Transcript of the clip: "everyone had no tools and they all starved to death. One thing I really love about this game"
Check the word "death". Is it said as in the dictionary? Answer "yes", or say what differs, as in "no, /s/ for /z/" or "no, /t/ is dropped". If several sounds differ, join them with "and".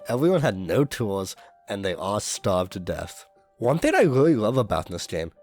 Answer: yes